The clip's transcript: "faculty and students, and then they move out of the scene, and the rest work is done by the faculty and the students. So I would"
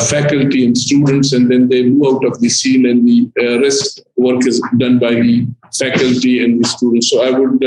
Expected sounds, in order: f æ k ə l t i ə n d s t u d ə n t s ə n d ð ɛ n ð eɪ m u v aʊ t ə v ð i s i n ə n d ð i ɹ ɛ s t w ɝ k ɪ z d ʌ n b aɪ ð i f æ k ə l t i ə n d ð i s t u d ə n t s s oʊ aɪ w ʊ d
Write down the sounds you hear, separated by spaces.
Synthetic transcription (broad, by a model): f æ k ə l t i ə n d s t u d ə n t s ə n d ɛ n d eɪ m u aʊ t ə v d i s i n ə n d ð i ɹ ɛ s t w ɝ k ɪ z d ʌ n b aɪ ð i f æ k ə l t i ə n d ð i s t u d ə n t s s oʊ aɪ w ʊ d